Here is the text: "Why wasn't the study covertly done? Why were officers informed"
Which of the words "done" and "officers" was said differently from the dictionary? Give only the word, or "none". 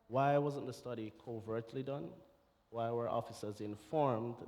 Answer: none